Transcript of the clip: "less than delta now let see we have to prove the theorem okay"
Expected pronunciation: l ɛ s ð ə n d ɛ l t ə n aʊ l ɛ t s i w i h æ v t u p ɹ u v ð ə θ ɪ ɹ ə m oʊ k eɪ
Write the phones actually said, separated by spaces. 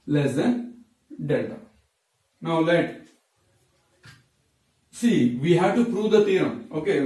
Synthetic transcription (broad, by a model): l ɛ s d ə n d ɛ t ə n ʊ l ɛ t s i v i h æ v t u p ɹ u v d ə t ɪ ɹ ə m oʊ k eɪ